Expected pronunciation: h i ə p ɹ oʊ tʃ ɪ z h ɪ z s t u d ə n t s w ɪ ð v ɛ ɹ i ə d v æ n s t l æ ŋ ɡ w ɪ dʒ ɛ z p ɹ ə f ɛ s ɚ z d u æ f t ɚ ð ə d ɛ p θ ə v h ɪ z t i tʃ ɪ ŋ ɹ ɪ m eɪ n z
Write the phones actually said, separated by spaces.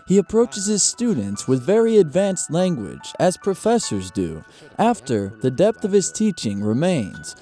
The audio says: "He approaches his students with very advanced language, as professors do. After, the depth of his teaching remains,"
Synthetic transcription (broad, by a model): h i ə p ɹ oʊ tʃ ɪ z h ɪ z s t u d n t s w ɪ ð v ɛ ɹ i ə d v æ n s t l æ ŋ ɡ w ɪ dʒ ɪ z p ɹ ə f ɛ s ɚ z d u æ f t ɚ ð ə d ɛ p θ ə v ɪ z t i tʃ ɪ ŋ ɹ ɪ m eɪ n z